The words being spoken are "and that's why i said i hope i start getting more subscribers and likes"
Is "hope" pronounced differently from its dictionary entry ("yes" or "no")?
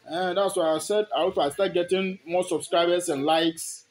yes